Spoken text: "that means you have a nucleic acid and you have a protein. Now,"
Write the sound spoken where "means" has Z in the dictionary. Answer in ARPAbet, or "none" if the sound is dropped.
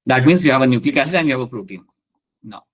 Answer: S